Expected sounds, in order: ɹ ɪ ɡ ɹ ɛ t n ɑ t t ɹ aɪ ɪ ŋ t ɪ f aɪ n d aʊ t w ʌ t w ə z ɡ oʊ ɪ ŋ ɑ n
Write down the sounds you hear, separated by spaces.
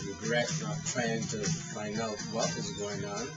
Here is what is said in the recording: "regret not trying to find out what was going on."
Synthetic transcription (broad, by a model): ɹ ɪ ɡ ɹ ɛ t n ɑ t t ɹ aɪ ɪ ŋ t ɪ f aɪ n aʊ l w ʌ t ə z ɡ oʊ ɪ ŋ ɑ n